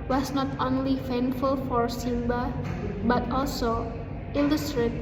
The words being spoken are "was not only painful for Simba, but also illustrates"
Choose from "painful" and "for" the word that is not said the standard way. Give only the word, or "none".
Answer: painful